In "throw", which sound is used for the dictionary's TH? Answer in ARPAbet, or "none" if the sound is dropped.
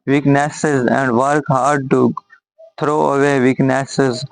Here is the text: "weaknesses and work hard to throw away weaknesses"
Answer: T